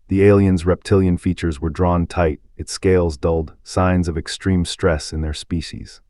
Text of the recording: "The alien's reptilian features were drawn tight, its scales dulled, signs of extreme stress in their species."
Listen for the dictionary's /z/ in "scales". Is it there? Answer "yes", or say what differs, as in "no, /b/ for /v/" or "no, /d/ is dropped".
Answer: yes